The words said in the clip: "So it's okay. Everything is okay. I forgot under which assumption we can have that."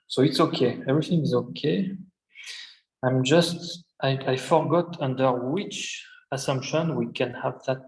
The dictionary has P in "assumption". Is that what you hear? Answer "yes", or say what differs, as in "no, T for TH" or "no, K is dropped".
yes